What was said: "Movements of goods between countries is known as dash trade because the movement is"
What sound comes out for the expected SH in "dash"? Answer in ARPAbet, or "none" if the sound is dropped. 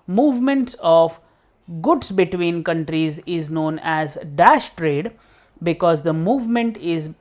SH